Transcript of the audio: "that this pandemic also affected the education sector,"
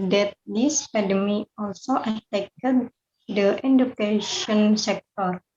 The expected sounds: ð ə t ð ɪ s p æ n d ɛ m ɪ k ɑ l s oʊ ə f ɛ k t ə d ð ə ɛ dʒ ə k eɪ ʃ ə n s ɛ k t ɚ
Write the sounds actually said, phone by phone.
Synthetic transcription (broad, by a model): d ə t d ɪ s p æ d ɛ m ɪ ɑ l s oʊ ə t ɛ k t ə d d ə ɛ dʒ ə k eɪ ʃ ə n s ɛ k t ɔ